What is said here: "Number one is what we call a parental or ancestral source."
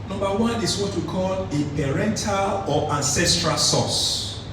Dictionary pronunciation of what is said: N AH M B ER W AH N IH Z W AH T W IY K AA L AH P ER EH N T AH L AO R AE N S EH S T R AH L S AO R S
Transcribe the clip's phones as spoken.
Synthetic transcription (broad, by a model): N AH M B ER W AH N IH S W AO T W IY K AA L AH P ER EH N T AH L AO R AE N S EH S T R AH L S AO S